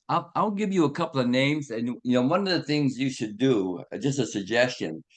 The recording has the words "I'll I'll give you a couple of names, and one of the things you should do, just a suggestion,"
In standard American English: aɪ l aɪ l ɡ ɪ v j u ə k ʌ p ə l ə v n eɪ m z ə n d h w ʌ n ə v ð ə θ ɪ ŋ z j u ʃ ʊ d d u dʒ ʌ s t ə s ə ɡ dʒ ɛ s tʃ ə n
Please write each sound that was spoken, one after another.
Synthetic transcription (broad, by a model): aɪ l aɪ l ɡ ɪ v j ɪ ə k ʌ p l ə v n eɪ m z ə n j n w ʌ n ə v ð ə θ ɪ ŋ z j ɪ ʃ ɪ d d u dʒ ʌ s t ə s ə ɡ dʒ ɛ s tʃ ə n